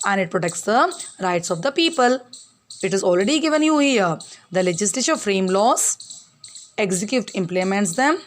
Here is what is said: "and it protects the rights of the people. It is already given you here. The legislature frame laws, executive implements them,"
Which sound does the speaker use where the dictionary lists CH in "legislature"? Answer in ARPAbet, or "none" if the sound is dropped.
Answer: SH